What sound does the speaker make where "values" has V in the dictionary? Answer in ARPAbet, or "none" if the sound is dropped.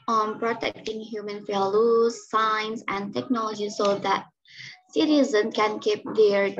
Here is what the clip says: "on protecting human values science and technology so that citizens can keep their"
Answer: F